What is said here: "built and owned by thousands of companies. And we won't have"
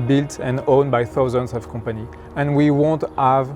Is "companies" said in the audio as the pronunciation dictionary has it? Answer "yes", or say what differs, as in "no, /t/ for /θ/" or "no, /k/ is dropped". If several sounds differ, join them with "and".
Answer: no, /z/ is dropped